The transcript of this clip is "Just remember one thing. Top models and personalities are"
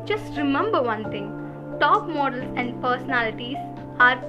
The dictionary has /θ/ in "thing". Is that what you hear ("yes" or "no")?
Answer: no